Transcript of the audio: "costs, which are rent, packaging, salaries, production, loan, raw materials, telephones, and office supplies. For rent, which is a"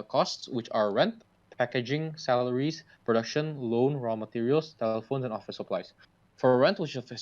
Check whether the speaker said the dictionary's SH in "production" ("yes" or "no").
yes